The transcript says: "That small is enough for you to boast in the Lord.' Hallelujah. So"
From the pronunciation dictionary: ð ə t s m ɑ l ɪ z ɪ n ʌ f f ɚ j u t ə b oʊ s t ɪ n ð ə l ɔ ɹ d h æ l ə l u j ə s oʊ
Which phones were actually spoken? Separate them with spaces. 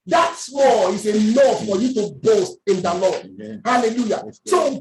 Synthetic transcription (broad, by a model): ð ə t s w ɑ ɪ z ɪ l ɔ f f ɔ j u t ə b oʊ s t ɪ n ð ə l ɔ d h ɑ l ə l u j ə s oʊ